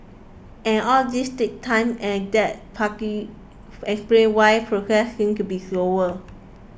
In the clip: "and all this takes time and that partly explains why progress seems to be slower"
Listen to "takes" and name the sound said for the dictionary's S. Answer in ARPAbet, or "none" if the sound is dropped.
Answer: none